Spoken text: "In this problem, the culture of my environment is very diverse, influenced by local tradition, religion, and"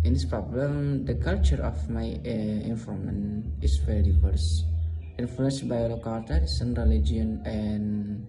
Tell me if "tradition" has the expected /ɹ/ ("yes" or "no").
no